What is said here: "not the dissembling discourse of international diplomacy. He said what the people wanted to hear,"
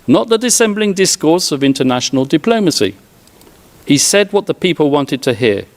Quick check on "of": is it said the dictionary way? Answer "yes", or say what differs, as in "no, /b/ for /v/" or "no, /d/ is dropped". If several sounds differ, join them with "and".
yes